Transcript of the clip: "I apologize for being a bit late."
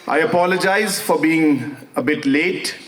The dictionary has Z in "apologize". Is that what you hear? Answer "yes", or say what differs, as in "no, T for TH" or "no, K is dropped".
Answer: yes